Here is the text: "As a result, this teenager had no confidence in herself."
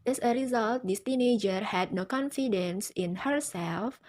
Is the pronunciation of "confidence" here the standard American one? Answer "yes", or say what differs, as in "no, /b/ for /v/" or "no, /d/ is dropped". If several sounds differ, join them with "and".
yes